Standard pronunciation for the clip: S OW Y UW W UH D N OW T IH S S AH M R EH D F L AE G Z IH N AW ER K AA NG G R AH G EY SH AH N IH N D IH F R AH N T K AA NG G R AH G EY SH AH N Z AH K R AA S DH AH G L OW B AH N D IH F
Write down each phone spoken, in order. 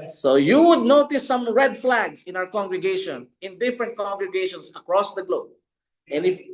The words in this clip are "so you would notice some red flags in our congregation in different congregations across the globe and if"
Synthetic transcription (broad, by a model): S OW Y UW W UH D N OW T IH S S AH M R EH D F L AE G S IH N AW ER K AA NG G R AH G EY SH AH N IH N D IH F R AH N T K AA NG G R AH G EY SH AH N S AH K R AA S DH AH G L OW B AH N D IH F